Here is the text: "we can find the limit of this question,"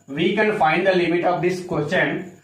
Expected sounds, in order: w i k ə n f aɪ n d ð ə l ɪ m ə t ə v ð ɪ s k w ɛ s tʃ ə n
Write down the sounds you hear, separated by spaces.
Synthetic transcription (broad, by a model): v i k ə n f aɪ n d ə l ɪ m ə t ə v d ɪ s k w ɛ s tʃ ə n